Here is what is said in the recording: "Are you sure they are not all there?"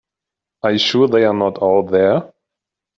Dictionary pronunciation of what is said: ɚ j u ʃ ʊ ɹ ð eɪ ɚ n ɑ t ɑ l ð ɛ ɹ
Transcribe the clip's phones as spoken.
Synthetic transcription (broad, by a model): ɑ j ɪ ʃ ʊ ɹ ð eɪ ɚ n ɑ t ɑ l ð ɛ ɹ